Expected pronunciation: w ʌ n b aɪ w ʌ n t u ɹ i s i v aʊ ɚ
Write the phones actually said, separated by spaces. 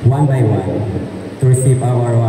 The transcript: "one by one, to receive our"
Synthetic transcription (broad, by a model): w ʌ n b aɪ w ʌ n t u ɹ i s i p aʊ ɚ